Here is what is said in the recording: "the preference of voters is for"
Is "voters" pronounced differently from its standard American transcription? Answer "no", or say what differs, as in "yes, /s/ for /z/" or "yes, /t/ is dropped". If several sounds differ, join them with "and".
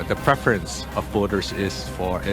yes, /b/ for /v/